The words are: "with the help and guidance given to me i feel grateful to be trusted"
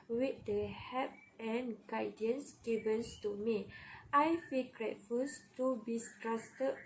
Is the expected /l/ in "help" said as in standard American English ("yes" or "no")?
no